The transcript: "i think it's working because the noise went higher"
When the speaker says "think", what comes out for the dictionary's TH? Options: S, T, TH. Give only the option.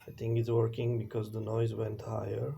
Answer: T